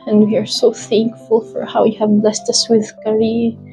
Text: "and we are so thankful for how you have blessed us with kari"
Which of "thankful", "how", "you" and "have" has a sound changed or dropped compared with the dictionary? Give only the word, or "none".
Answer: none